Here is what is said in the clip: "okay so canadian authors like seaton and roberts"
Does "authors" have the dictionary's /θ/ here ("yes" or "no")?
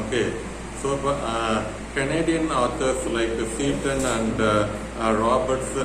no